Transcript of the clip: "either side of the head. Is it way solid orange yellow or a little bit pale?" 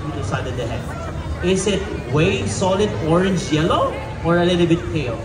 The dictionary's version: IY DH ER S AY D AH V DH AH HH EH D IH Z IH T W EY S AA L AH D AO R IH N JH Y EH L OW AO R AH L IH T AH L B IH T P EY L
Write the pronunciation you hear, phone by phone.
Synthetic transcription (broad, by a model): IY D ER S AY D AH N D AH HH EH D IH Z IH T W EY S AA L AH D AO R IH N JH Y EH L OW AO R AH L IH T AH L B IH T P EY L